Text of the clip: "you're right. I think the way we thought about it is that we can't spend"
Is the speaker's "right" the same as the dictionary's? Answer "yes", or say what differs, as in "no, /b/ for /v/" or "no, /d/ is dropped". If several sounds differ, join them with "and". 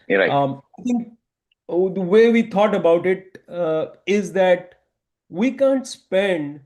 no, /t/ is dropped